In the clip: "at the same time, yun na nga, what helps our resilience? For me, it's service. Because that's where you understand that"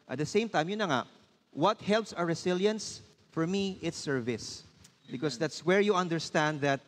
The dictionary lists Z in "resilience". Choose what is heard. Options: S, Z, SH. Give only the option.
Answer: S